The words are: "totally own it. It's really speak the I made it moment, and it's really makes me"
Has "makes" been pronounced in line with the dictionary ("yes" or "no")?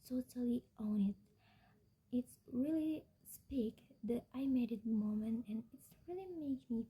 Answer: no